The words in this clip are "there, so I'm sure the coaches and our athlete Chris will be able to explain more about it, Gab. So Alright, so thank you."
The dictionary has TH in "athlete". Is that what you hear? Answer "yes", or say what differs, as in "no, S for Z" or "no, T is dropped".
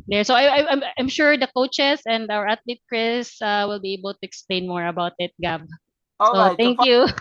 no, T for TH